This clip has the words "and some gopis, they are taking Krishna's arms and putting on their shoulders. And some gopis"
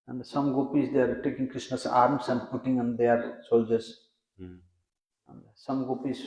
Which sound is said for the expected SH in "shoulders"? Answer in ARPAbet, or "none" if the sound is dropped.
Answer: S